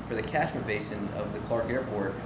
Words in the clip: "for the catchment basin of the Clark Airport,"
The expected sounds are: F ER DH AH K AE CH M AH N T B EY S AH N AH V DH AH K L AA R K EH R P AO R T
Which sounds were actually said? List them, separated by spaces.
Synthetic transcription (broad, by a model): F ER DH AH K AE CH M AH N B EY S AH N AH V DH AH K L AA R K EH R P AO R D